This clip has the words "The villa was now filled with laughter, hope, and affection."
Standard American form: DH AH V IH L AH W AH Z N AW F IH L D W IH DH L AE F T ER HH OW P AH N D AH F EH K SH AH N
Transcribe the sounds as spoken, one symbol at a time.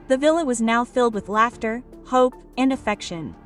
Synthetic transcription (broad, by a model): DH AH V IH L AH W AH Z N AW F IH L D W IH DH L AE F T ER HH OW P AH N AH F EH K SH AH N